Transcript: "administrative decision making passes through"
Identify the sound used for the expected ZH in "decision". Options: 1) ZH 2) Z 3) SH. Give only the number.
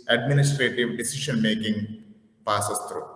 3